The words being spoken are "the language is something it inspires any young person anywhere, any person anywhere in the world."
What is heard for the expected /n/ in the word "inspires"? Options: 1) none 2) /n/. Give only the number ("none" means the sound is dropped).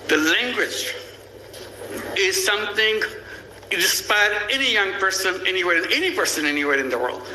1